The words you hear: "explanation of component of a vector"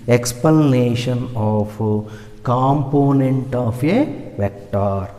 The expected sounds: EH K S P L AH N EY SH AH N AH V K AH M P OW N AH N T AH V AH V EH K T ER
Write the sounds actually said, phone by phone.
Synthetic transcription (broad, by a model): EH K S P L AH N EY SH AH N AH F K AH M P OW N AH N T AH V AH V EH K T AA